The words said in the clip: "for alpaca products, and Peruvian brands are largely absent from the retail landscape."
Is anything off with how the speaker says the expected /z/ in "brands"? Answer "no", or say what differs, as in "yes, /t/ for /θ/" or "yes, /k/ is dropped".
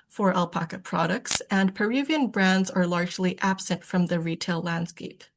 no